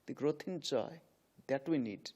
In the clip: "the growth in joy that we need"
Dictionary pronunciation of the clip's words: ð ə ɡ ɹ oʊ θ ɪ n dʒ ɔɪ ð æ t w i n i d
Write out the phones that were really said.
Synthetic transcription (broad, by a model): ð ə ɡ ɹ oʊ t ɪ n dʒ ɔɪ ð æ t w i n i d